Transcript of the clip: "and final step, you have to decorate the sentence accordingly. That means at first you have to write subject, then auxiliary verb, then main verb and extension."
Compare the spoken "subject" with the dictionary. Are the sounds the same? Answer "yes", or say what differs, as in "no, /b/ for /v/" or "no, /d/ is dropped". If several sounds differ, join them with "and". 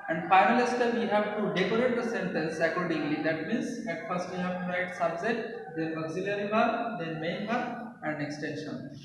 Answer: no, /k/ is dropped